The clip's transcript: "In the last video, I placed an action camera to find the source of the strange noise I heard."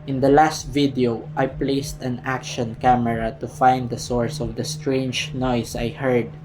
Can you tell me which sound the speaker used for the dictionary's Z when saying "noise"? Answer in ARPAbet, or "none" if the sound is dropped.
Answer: S